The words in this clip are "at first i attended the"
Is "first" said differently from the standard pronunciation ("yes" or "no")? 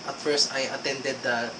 no